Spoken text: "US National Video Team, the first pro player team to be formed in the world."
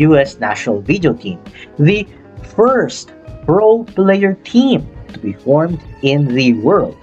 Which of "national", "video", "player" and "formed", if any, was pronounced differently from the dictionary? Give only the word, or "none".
none